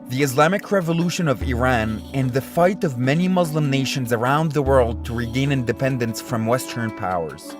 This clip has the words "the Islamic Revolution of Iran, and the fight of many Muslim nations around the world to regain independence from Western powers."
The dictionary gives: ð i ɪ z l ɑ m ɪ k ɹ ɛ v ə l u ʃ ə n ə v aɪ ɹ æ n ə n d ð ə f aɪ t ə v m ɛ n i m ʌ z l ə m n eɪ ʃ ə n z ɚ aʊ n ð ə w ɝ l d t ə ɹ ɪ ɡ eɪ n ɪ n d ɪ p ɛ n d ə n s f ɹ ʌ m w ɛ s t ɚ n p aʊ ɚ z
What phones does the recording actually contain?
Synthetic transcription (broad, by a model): ð i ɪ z l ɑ m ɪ k ɹ ɛ v ə l u ʃ ə n ə v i ɹ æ n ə n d ð ə f aɪ t ə v m ɛ n i m ʌ z l ə m n eɪ ʃ ə n z ɚ aʊ n ð ə w ɝ l d t ə ɹ ɪ ɡ eɪ n ɪ n d ɪ p ɛ n d ə n s f ɹ ʌ m w ɛ s t ɚ n p aʊ ɚ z